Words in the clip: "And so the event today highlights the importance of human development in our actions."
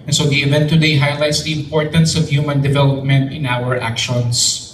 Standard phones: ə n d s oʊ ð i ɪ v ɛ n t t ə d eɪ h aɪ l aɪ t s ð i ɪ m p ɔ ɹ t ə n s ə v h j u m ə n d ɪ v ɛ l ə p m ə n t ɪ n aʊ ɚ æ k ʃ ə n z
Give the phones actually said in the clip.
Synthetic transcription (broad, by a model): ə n s oʊ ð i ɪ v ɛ n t t ə d eɪ h aɪ l aɪ t s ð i ɪ m p ɔ ɹ t ə n s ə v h j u m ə n d ɪ v ɛ l ə p m ə n t ɪ n aʊ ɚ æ k ʃ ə n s